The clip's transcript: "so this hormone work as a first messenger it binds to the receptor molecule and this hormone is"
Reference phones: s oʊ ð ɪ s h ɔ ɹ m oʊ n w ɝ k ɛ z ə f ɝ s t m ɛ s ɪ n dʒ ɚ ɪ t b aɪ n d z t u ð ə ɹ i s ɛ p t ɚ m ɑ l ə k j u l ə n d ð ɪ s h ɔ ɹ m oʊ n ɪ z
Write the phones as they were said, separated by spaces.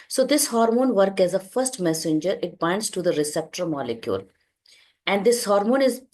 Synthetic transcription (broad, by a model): s oʊ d ɪ s h ɔ ɹ m oʊ n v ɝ k ɛ z ə f ɝ s t m ɛ s ɪ n dʒ ɚ ɪ t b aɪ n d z t u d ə ɹ i s ɛ p t ɚ m ɑ l ə k j u l ə n d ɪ s h ɔ ɹ m oʊ n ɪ z